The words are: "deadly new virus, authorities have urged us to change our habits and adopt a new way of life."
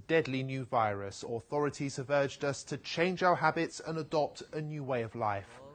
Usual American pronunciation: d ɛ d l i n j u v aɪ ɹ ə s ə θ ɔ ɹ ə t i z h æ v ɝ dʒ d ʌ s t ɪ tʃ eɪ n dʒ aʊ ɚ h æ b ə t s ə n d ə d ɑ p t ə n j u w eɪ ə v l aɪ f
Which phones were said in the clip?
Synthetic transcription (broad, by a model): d ɛ d l i n j u v aɪ ɹ ə s ə θ ɔ ɹ ə t i z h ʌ v ɝ dʒ d ʌ s t ɪ tʃ eɪ n dʒ aʊ ɚ h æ b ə t s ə n ə d ɑ p t ə n j u w eɪ ə v l aɪ f